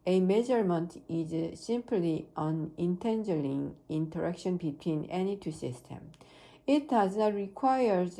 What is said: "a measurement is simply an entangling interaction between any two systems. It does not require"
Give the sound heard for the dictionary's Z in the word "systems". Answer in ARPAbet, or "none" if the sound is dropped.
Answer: none